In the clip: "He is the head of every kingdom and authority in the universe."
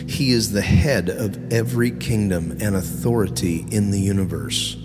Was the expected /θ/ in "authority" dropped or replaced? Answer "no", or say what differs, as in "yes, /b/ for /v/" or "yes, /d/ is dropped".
no